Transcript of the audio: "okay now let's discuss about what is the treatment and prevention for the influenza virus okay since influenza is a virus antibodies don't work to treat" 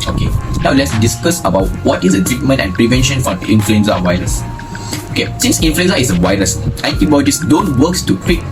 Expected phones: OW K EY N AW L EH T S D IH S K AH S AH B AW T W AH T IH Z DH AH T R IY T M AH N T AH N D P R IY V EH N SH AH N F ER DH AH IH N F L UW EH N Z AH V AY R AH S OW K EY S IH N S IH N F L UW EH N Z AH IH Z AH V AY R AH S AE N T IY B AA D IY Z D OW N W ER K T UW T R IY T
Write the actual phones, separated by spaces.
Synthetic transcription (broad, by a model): OW K EY N AW L EH T S D IH S K AH S AH B AW T W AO T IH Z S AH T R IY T M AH N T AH N P R IY V EH N SH AH N F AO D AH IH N F L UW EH N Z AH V AY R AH S OW K EY S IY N S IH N F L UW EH N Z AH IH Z AH W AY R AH S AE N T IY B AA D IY S D OW N W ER K T UW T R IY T